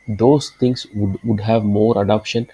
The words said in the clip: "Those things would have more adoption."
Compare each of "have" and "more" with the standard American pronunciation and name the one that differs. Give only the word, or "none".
none